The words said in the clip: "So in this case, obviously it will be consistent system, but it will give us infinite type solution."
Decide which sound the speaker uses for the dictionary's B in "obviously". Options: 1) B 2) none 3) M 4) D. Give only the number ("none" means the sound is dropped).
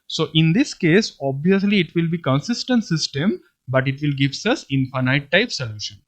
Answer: 1